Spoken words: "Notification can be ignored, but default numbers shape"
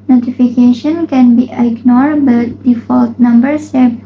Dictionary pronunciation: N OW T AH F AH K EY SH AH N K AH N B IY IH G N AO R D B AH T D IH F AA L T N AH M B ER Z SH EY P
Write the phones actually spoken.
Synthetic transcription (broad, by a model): N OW T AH F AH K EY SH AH N K AH N B IY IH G N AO R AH B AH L D IH F AA L T N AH M B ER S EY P